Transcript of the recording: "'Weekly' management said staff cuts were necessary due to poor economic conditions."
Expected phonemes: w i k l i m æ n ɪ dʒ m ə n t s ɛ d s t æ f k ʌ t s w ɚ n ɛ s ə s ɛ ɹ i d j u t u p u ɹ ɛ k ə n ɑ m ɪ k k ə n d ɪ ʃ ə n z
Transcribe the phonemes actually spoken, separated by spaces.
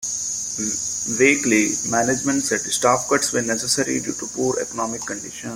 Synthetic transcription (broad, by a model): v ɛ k l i m æ n ɪ dʒ m ə n t s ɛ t s t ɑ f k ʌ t s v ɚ n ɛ s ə s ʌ ɹ i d j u t u p u ɹ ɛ k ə n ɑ m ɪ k k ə n d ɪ ʃ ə n